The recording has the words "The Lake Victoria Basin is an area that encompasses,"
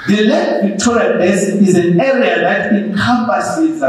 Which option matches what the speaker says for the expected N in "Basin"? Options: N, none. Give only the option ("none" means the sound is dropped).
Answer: none